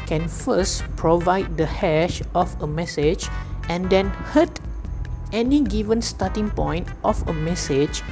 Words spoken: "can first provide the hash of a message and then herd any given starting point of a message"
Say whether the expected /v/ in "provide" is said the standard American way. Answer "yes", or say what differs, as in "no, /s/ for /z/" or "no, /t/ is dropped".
yes